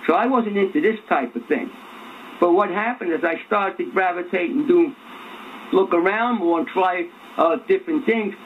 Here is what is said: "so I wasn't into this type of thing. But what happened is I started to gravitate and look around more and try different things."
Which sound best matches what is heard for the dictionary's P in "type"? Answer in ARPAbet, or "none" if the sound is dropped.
P